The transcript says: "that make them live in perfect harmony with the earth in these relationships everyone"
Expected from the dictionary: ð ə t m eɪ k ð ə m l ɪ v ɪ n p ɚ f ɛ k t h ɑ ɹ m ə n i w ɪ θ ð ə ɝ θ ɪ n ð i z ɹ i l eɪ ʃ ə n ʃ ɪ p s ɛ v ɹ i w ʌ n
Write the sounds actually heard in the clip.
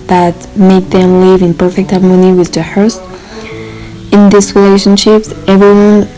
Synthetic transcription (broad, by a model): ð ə t m eɪ k ð ə m l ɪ v ɪ n p ɚ f ɛ k t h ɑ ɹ m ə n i w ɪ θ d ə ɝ t ɪ n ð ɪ s ɹ i l eɪ ʃ ə n ʃ ɪ p s ɛ v ɹ i w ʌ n